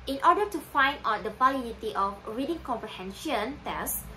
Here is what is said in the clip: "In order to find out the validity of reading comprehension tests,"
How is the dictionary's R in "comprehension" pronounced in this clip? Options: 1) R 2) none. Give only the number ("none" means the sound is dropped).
1